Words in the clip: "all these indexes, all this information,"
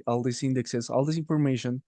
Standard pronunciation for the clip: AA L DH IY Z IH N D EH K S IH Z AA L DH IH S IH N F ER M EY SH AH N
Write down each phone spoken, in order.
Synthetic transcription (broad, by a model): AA L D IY S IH N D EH K S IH S AA L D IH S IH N F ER M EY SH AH N